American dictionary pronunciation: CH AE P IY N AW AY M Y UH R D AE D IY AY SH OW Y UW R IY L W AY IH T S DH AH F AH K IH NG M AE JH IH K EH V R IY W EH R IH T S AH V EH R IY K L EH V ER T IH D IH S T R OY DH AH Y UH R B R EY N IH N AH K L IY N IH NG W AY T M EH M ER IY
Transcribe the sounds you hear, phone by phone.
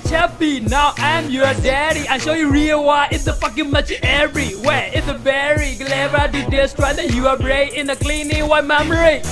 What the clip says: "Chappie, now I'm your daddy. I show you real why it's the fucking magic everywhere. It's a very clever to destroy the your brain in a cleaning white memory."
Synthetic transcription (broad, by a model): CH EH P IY N AW AY M Y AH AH D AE D IY AY SH OW Y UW R IY L W AY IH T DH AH F AH K IH NG M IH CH EH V R IY W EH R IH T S AH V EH R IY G L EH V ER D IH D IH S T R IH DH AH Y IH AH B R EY IH N AH K L IY N IH NG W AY M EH M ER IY